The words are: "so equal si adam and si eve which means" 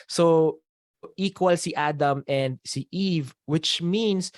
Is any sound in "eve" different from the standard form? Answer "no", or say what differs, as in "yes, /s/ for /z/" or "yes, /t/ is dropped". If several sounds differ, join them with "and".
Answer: no